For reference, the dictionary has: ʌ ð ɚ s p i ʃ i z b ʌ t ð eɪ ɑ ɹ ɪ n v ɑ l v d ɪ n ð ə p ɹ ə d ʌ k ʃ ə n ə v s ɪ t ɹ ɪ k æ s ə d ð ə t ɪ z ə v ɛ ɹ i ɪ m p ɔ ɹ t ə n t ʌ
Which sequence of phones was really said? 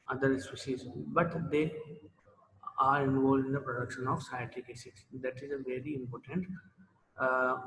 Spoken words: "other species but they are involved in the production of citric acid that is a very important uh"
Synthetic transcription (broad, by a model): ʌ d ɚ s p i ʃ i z b ʌ t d eɪ ɑ ɹ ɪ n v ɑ l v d ɪ n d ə p ɹ ə d ʌ k ʃ ə n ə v s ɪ t ɪ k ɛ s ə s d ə t ɪ z ə v ɛ ɹ i ɪ m p ɔ ɹ t ə n t